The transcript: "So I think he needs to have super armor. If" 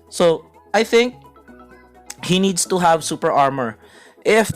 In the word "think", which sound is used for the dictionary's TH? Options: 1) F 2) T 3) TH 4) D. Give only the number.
3